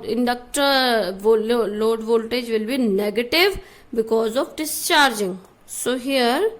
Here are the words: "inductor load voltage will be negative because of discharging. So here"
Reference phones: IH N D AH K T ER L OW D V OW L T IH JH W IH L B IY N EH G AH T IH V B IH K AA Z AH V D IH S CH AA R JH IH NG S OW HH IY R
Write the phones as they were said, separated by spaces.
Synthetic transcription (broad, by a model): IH N D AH K T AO L OW D V OW L T IH JH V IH L B IY N EH G AH T IH V B IH K AA Z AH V D IH S CH AA R JH IH NG S OW HH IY R